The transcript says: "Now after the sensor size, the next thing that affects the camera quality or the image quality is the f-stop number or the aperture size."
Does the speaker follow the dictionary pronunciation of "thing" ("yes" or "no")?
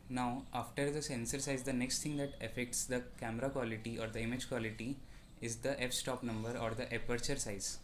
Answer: no